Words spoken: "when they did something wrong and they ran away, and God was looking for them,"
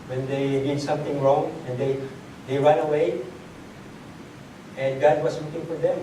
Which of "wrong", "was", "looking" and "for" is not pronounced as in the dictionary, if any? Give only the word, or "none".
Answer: was